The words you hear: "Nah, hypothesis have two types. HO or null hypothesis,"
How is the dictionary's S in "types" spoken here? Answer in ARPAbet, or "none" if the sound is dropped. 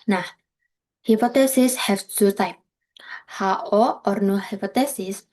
none